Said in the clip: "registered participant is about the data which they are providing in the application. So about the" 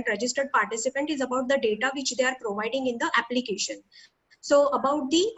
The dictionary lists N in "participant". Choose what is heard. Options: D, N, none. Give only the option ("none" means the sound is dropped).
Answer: N